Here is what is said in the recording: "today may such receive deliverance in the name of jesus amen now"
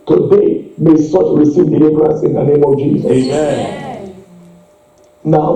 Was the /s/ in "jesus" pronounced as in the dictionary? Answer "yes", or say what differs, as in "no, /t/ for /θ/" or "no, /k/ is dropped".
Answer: no, /s/ is dropped